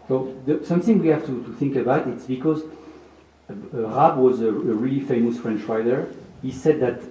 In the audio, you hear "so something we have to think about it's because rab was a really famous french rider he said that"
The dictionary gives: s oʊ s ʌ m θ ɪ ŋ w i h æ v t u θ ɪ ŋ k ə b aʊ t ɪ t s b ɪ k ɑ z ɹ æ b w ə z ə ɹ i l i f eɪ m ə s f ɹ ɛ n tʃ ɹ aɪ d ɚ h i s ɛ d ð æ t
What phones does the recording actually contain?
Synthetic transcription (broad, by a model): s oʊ s ʌ m θ ɪ ŋ w i h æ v t u θ ɪ ŋ k ə b aʊ t ɪ t s b ɪ k ɑ z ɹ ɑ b w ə z ə ɹ i l i f eɪ m ə s f ɹ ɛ n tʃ ɹ aɪ d ɚ h i s ɛ d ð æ t